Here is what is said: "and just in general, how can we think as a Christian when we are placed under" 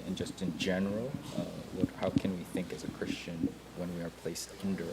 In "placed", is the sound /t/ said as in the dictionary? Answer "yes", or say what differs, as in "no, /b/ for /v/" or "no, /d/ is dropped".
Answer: yes